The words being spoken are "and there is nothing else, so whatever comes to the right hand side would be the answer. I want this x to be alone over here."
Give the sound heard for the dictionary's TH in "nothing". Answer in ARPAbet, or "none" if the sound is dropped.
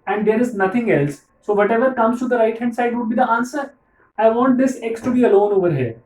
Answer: T